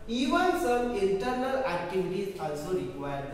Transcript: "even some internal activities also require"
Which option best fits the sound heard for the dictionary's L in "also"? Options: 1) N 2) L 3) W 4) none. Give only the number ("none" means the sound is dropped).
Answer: 2